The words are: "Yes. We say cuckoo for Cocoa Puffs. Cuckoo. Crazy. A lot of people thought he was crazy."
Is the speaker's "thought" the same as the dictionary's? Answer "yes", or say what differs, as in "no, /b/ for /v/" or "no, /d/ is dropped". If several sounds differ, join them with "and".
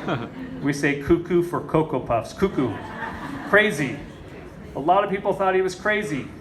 yes